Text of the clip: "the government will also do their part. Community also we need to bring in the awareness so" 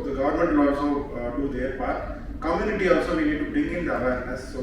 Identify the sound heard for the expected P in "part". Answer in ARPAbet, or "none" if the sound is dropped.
B